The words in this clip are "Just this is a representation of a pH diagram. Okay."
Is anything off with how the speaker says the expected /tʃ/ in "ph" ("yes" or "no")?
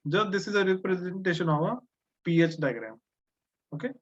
no